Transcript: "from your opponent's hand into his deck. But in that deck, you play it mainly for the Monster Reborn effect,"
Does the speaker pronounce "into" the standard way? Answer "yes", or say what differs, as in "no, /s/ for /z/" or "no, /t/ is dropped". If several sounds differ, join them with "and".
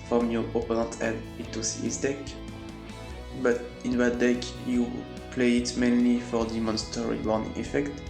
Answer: no, /n/ is dropped